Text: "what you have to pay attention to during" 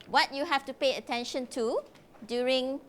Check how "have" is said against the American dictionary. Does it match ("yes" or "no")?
no